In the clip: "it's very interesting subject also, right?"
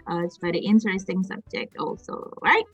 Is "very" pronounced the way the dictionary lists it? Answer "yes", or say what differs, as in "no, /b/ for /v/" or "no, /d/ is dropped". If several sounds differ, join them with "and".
no, /b/ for /v/